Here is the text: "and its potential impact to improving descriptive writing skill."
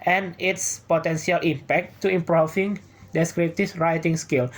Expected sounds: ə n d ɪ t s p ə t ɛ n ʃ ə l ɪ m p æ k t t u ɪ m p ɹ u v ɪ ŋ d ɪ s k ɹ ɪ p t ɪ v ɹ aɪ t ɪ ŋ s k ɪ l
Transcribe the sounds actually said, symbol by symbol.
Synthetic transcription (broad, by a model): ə n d ɪ t s p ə t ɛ n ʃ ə l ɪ m p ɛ k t t u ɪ m p ɹ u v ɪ ŋ d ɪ s k ɹ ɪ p t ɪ f ɹ aɪ t ɪ ŋ s k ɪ l